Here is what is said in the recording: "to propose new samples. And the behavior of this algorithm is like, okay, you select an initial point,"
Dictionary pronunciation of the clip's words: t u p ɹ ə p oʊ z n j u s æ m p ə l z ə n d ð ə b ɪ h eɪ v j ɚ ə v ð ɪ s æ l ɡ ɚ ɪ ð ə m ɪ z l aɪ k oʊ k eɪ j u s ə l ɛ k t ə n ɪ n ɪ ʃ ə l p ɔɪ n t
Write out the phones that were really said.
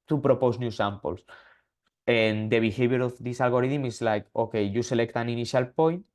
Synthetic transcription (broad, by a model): t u p ɹ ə p oʊ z n j u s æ m p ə l s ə n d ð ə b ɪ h eɪ b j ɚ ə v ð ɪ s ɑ l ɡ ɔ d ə m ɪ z l aɪ k oʊ k eɪ j u s ə l ɛ k t ə n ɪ n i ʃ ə l p ɔɪ n t